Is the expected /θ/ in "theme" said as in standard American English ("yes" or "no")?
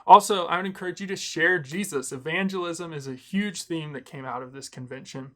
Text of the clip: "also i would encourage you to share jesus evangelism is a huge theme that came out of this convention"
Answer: yes